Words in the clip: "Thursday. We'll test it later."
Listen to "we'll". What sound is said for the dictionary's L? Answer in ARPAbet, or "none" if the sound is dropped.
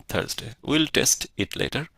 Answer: L